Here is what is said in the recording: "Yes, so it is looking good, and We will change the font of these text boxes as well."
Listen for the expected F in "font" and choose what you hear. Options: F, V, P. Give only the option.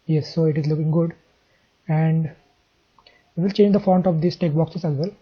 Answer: F